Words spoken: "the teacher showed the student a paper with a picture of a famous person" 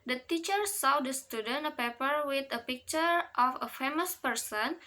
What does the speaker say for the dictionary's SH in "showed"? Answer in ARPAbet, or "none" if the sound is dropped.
S